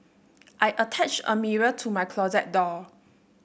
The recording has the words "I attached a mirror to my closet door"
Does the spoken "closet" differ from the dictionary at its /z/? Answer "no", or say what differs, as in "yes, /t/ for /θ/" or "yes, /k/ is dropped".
no